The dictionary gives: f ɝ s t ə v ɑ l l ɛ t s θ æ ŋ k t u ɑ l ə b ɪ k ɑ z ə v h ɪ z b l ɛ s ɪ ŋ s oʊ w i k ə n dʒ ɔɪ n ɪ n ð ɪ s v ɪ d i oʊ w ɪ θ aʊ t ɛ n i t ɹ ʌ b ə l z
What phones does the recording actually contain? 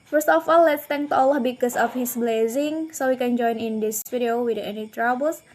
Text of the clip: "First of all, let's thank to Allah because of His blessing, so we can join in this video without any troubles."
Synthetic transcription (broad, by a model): f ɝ s t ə f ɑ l l ɛ t s t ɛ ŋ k t u ɑ l ə b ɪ k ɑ s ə f h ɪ s b l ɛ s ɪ ŋ s oʊ w i k ə n dʒ ɔɪ n ɪ n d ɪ s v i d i oʊ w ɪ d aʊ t ɛ n i t ɹ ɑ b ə l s